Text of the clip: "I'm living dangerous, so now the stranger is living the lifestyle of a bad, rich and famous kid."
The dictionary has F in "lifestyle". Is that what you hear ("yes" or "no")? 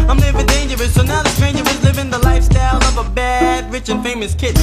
yes